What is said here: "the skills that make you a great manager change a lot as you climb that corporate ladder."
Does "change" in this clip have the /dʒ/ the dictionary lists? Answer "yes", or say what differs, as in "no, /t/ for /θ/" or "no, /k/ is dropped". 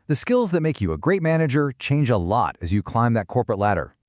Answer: yes